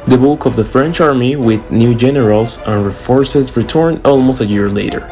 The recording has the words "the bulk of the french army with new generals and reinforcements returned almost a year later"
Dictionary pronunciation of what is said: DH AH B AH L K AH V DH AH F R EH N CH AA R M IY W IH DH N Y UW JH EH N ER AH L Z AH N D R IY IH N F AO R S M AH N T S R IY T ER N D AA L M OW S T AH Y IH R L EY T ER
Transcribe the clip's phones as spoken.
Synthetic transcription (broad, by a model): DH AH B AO K AH V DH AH F R EH N CH AA R M IY W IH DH N Y UW JH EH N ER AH L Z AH N R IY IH F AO R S AH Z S R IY T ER N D AA L M OW S T AH Y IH R L EY T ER